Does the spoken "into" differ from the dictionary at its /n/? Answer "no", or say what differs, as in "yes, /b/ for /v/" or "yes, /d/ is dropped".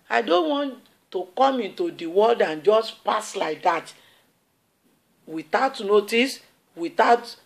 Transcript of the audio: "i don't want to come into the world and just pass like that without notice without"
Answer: no